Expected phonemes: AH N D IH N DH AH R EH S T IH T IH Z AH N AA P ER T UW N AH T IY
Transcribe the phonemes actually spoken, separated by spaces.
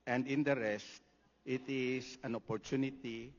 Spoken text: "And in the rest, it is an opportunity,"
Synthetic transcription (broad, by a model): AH N D IH N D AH R EH S T IH T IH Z AH N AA P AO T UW N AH T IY